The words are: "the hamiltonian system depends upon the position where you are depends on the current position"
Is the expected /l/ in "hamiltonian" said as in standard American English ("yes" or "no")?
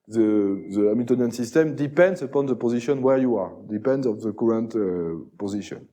no